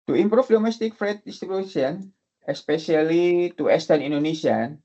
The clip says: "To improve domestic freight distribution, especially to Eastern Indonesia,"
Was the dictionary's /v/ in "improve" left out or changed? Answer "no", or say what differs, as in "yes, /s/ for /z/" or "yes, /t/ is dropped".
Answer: yes, /f/ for /v/